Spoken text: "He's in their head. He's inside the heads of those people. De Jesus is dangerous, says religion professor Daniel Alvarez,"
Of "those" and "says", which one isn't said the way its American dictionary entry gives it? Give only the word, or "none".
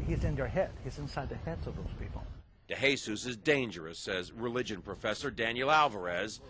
none